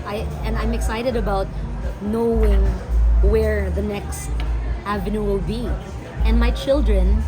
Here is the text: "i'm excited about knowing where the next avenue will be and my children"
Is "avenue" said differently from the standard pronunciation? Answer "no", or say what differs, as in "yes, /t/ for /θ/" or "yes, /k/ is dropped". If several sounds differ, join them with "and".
no